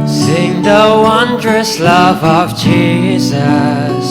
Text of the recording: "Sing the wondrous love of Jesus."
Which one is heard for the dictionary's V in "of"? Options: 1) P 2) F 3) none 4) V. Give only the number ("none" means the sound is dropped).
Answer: 4